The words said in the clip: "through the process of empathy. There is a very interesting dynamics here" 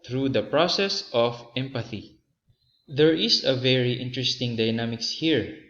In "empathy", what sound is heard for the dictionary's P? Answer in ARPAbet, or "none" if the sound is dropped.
P